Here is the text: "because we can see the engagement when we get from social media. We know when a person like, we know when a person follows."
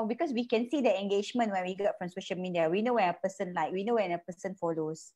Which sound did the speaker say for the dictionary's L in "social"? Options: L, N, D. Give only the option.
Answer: N